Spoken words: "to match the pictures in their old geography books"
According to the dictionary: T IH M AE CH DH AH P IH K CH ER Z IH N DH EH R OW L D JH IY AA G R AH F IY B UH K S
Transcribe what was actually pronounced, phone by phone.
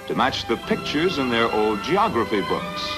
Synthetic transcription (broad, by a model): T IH M AE CH DH AH P IH K CH ER Z IH N DH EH R OW L D JH IY AA G R AH F IY B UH K S